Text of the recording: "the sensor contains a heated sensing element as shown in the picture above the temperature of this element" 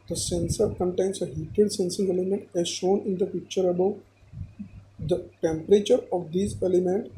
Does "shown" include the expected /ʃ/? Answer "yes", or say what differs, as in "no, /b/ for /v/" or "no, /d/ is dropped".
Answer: yes